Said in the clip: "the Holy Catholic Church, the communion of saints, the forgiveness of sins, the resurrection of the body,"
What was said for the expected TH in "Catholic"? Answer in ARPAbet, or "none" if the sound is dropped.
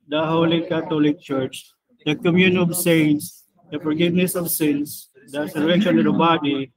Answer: T